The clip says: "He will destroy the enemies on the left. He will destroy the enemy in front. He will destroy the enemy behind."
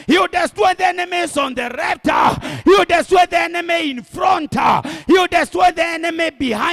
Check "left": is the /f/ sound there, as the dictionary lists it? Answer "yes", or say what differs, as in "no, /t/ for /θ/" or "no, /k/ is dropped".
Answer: no, /p/ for /f/